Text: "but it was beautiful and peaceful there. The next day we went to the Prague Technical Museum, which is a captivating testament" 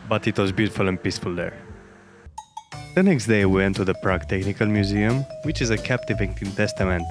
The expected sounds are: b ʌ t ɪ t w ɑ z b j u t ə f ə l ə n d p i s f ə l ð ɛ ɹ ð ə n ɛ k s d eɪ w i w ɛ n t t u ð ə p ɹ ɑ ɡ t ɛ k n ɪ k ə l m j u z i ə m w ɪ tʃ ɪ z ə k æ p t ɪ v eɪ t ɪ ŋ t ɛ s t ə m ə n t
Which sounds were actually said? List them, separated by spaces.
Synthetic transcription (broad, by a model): b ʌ t ɪ t w ɑ z b j u t ə f ə l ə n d p i s f ə l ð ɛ ɹ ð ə n ɛ k s d eɪ w i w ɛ n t t u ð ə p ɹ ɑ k t ɛ k n ɪ k ə l m j u z i ə m w ɪ tʃ ɪ z ə k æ p t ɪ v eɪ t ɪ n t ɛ s t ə m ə n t